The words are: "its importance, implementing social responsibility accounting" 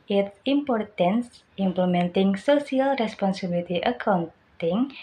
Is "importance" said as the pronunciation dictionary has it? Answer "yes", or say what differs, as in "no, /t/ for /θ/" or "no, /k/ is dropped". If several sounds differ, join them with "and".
yes